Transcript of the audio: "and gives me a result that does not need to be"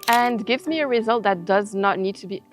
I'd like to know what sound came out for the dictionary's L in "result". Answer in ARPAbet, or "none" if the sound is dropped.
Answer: L